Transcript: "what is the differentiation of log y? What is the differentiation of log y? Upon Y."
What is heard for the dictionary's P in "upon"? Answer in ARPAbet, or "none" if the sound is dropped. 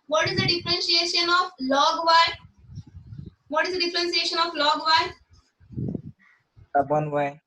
B